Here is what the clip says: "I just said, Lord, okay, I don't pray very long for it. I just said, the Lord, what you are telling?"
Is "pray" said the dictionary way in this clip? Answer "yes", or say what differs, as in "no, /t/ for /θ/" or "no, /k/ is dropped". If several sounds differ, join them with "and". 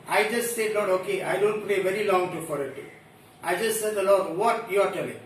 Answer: no, /l/ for /ɹ/